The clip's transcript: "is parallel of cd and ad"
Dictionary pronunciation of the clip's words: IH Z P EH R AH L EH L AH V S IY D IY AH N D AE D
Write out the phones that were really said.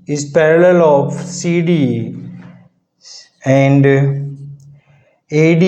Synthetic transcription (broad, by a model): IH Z P EH R AH L EH L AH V S IY D IY AH N D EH D